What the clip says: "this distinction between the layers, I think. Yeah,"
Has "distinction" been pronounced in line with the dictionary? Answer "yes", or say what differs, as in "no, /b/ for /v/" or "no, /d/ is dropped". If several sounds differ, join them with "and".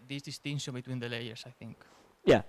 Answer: no, /k/ is dropped